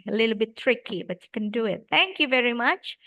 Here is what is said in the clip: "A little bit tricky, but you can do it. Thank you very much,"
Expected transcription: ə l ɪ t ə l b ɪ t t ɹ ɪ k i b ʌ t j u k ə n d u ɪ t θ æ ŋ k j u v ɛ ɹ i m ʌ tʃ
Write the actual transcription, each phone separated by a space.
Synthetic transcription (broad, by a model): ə l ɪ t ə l b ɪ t t ɹ ɪ k i b ʌ t j u k ə n d u ɪ t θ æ ŋ k j u v ɛ ɹ i m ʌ tʃ